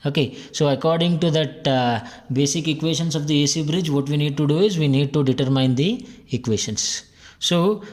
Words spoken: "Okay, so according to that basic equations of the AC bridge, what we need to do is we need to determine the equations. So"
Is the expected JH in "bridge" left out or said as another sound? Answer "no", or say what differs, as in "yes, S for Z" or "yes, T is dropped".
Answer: no